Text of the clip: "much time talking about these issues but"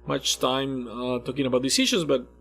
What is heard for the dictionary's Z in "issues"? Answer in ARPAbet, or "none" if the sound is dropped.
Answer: Z